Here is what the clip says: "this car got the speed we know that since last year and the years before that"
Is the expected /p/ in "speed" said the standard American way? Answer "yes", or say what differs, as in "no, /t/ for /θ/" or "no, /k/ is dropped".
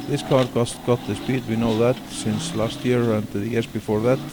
yes